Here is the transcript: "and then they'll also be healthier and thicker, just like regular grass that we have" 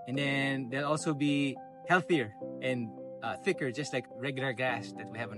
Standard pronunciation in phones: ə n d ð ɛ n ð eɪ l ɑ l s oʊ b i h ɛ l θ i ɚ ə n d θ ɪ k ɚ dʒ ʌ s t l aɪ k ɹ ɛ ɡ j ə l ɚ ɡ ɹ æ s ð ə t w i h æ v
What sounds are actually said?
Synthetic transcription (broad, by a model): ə n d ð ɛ n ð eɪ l ɑ l s oʊ b i h ɛ l θ i ɚ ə n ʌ θ ɪ k ɚ dʒ ʌ s t l aɪ k ɹ ɛ ɡ j l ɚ ɡ æ s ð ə t w i h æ v